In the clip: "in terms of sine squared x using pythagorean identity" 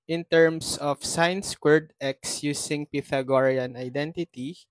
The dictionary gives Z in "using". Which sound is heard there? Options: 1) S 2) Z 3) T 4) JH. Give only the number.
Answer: 1